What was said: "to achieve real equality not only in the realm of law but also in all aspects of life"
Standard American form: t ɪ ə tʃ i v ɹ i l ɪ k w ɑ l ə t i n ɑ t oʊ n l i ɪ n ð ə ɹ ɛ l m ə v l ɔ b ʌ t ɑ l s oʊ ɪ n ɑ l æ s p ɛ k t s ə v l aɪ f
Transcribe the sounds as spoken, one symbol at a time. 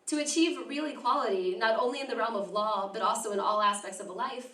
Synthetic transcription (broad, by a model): t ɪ ə tʃ i v ɹ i l ɪ k w ɑ l ə t i n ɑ t oʊ n l i ɪ n ð ə ɹ ɛ l m ə v l ɔ b ʌ t ɑ l s oʊ ɪ n ɑ l æ s p ɛ k t s ə v l aɪ f